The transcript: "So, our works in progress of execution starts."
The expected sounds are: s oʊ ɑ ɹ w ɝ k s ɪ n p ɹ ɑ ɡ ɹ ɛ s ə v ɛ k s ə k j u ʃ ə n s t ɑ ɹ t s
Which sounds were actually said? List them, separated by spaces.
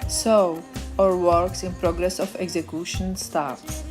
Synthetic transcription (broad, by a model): s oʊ ɑ ɹ w ɝ k s ɪ n p ɹ ɑ ɡ ɹ ɛ s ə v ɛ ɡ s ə k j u ʃ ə n s t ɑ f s